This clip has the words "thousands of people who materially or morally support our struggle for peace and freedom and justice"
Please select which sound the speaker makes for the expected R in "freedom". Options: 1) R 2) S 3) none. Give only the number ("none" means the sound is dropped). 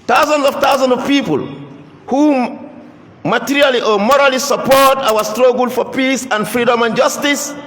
1